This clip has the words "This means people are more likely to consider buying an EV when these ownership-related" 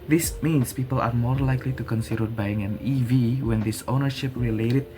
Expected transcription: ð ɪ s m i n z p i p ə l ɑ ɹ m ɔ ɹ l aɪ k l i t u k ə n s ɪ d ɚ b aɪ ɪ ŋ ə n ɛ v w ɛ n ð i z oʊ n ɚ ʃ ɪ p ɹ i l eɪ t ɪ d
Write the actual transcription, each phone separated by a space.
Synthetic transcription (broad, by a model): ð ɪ s m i n s p i p ə l ɑ ɹ m ɔ ɹ l aɪ k l i t u k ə n s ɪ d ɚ b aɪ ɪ ŋ ə n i v w ɛ n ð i s oʊ n ɚ ʃ ɪ p ɹ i l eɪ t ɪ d